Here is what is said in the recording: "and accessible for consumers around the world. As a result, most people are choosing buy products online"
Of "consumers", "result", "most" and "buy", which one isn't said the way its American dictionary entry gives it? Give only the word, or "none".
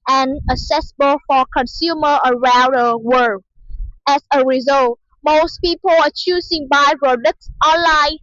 consumers